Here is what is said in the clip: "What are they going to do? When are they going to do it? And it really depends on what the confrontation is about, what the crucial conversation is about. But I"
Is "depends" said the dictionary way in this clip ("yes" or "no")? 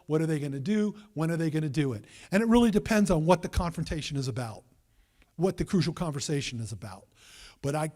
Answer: yes